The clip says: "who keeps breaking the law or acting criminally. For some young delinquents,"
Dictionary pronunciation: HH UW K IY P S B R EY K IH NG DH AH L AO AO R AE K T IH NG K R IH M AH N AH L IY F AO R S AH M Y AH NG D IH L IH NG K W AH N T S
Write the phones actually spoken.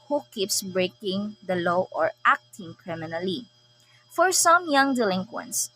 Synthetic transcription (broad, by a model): HH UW K IY P S B R EY K IH NG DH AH L AO AO R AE K T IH NG K R IH M AH N AH L IY F AO R S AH M Y AH NG D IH L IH NG K W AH N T S